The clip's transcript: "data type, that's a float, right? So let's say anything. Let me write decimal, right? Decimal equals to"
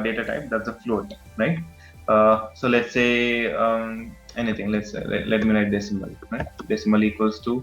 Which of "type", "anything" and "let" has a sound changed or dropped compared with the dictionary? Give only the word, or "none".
anything